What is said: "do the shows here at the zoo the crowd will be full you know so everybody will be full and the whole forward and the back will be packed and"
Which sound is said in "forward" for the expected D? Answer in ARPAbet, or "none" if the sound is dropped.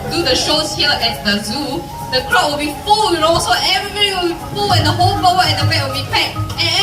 none